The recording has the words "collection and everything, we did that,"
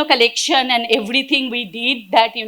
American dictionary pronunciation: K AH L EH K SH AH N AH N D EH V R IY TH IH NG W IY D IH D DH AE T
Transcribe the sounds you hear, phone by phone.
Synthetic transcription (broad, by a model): K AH L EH K SH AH N AH N D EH V R IY T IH NG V IY D IH D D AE T